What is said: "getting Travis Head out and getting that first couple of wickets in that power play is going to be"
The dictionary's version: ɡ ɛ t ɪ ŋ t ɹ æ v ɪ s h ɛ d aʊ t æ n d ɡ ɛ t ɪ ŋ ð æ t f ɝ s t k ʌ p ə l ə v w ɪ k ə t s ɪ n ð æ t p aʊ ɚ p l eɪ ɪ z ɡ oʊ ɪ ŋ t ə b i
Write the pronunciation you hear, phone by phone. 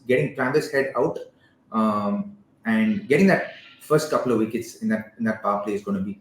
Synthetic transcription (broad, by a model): ɡ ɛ t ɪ ŋ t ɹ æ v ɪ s h ɛ d aʊ t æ n d ɡ ɛ t ɪ ŋ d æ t f ɝ s t k ʌ p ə l ə v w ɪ k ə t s ɪ n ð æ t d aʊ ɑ f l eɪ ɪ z ɡ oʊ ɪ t b i